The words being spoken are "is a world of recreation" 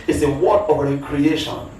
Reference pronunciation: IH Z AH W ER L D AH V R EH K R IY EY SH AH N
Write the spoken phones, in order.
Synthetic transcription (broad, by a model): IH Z AH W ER D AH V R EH K R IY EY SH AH N